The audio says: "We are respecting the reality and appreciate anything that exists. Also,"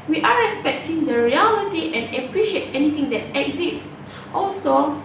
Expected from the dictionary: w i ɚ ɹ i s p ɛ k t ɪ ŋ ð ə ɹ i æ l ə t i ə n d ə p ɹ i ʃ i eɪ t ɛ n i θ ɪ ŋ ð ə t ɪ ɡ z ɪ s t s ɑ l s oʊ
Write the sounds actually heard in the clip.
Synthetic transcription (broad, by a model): w i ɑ ɹ i s p ɛ k t ɪ ŋ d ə ɹ i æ l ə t i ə n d ə p ɹ i ʃ i eɪ t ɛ n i t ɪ ŋ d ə t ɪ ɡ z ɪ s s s ɑ l s oʊ